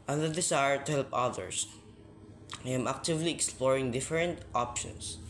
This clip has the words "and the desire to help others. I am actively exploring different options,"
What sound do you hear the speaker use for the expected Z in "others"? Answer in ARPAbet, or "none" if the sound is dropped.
S